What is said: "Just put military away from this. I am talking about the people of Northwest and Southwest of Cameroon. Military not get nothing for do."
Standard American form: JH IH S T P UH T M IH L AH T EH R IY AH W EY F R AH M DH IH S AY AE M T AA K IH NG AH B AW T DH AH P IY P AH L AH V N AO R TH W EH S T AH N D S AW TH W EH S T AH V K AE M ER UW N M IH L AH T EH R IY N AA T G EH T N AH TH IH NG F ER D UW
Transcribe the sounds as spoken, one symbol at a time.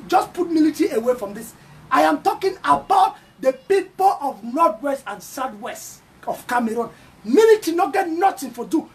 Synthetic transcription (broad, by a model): JH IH S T P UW T M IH L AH T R IY AH W EY F R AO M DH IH S AY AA M T AA K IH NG AH B AW T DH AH P IY P AH L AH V N AO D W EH S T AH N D S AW T W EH S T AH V K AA M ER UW N M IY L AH T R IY N AA T G EH T N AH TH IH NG F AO D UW